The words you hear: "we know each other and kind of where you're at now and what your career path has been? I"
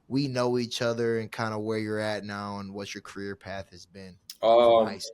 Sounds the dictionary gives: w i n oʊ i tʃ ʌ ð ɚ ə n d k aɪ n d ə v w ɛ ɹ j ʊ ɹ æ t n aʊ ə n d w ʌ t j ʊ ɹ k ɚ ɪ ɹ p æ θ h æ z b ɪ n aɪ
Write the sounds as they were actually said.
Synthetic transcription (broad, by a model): w i n oʊ i tʃ ʌ ð ɚ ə n k aɪ n d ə w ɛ ɹ j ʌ ɹ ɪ t n aʊ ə n w ʌ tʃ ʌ ɹ k ɚ ɪ ɹ p æ θ h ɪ z b ɪ n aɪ